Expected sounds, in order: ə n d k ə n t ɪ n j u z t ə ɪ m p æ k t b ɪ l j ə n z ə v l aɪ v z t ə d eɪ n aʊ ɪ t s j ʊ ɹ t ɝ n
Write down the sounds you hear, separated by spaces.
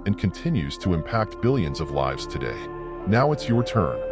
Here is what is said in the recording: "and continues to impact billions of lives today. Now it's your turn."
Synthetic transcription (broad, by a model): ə n k ə n t ɪ n j u z t ə ɪ m p æ k t b ɪ l j ə n z ə v l aɪ v z t ə d eɪ n aʊ ɪ t s j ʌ ɹ t ɝ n